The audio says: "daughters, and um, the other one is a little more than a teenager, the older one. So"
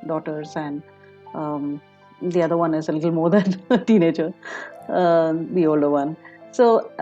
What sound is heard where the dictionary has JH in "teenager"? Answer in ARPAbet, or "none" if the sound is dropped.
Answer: CH